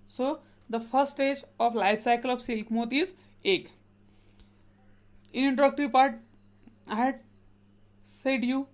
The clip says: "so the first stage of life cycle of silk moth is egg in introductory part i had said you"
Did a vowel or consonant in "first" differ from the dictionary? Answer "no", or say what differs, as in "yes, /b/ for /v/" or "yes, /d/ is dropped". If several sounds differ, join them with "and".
yes, /s/ is dropped